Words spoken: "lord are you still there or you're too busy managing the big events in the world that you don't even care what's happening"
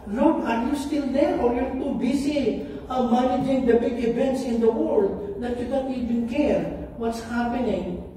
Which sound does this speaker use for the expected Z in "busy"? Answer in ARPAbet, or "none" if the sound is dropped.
S